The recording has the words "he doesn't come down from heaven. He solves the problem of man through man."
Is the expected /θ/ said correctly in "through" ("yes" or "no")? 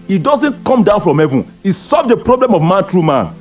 no